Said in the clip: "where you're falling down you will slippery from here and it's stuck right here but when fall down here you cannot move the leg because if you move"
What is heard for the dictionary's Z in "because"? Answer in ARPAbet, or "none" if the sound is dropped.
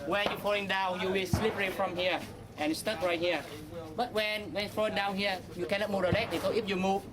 none